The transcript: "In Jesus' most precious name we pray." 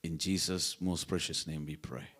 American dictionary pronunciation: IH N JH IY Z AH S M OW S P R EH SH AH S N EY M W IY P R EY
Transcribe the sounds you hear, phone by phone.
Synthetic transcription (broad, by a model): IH N JH IY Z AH S M OW S P R EH SH AH S N EY M W IY P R EY